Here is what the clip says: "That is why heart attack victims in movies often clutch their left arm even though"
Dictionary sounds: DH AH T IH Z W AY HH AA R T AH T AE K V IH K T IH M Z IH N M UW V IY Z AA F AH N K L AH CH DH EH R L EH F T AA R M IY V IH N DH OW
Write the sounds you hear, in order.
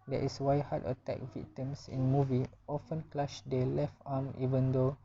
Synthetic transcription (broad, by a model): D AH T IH S W AY HH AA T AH T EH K V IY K T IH M S IH N M UW V IY AA F AH N K L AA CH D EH L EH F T AA M IY V IH N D OW